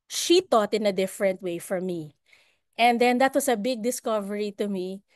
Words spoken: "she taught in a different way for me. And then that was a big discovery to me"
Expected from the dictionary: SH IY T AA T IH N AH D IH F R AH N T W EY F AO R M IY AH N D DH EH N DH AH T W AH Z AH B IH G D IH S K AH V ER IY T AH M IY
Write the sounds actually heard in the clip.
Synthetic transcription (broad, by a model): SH IY T AA T IH N AH D IH F R AH N T W EY F AO R M IY AH N D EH N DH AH T W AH S AH B IH G D IH S K AH V ER IY T AH M IY